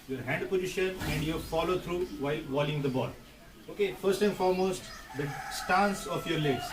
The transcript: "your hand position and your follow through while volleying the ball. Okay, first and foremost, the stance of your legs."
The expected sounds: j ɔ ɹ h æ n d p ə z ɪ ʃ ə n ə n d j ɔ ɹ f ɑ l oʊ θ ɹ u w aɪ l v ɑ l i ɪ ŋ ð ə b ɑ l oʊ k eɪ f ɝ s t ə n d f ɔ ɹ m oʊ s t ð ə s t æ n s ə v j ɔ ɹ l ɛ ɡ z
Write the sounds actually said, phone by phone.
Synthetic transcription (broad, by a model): j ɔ ɹ h æ n d p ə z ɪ ʃ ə n ə n d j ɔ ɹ f ɑ l oʊ t ɹ u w aɪ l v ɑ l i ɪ ŋ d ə b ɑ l oʊ k eɪ f ɝ s t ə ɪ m f ɔ ɹ m oʊ s t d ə s t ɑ n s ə f j ɔ ɹ l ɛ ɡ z